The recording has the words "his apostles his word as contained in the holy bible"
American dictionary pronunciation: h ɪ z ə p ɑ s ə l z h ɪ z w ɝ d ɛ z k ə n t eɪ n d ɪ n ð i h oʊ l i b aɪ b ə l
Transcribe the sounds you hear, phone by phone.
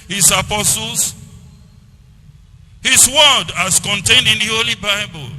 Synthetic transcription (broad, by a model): h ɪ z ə p ɑ s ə l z h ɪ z w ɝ d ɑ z k ə n t eɪ n d ɪ n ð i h oʊ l i b aɪ b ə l